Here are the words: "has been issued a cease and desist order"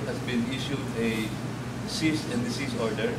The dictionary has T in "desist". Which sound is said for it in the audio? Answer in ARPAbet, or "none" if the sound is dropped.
none